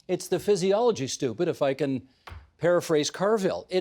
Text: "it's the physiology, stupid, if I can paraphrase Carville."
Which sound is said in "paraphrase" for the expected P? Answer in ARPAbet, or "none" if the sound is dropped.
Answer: P